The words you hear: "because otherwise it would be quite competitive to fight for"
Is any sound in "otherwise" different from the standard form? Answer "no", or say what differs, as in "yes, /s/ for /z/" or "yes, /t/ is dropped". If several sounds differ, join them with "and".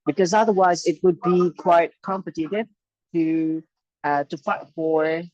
no